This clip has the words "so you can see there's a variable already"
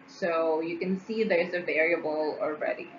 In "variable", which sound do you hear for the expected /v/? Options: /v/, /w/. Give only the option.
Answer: /v/